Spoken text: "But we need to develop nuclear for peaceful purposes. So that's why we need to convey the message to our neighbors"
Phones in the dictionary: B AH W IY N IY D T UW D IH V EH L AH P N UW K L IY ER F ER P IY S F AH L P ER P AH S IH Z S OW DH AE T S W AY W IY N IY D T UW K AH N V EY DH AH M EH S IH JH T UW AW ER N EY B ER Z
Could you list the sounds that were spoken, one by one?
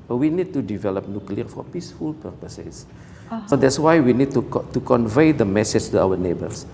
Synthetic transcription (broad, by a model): W IY N IY D T UW D IH V EH L AH P N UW K L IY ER F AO P IY S F AH L P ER P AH S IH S S OW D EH T S W AY W IY N IY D T UW K AH N V EY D AH M EH S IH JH T UW AW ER N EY B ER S